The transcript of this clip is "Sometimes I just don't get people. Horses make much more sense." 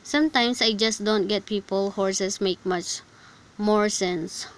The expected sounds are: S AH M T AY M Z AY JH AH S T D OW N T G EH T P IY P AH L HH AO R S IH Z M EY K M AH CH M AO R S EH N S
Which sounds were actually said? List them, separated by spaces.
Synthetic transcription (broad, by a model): S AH M T AY M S AY JH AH S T D OW N T G EH T P IY P AH L HH AO R S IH S M EY K M AH CH M AO R S EH N S